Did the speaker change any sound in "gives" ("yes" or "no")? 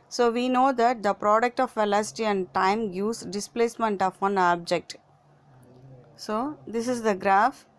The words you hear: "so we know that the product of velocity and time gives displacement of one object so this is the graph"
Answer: yes